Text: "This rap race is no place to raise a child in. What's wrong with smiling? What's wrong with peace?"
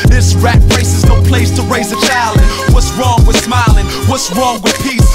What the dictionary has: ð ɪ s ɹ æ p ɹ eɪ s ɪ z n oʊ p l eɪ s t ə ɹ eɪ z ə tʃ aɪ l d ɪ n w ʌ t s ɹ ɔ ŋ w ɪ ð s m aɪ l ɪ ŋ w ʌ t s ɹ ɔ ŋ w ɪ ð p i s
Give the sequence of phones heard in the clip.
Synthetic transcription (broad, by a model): ð ɪ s ɹ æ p ɹ eɪ s ɪ z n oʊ p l eɪ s t ə ɹ eɪ z ə tʃ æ l ɪ n w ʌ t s ɹ ɔ ŋ w ɪ ð s m aɪ l ɪ ŋ w ʌ t s ɹ ɔ ŋ w ɪ ð p i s